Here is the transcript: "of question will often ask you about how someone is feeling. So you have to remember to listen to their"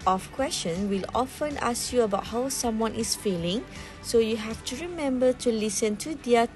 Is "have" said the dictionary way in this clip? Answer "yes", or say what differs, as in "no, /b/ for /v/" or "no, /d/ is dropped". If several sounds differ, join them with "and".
no, /f/ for /v/